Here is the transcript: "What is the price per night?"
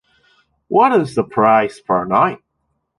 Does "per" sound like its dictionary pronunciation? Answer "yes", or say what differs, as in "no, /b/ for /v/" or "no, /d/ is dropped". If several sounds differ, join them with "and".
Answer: no, /f/ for /p/